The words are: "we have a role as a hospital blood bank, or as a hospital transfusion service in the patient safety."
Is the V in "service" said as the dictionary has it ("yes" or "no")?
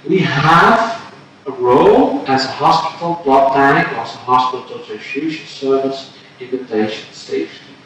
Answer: yes